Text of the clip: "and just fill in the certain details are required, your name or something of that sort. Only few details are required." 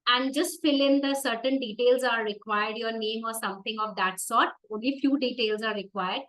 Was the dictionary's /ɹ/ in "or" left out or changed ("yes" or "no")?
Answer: no